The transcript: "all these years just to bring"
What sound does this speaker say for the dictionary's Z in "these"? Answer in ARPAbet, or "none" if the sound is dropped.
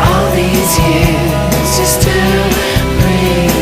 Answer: Z